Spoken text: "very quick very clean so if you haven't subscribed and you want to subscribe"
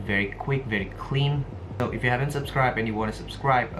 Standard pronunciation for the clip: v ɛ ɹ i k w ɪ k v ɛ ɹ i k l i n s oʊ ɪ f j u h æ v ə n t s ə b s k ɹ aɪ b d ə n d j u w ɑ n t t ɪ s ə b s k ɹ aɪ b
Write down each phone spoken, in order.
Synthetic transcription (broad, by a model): v ɛ ɹ i k w ɪ k v ɛ ɹ i k l i n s oʊ ɪ f j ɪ h æ v ə n t s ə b s k ɹ aɪ b ə n j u w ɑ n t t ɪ s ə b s k ɹ aɪ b